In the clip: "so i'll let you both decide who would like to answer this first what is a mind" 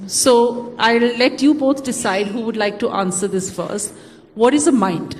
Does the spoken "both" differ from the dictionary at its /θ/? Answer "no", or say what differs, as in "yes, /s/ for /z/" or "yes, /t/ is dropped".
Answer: yes, /t/ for /θ/